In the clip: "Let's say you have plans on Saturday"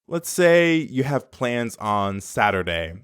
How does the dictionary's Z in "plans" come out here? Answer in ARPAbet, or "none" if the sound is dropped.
Z